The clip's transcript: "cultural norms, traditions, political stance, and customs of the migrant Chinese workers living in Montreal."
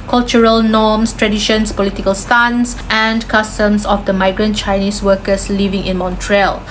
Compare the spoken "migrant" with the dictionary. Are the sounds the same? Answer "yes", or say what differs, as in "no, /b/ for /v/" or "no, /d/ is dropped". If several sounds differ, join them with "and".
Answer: yes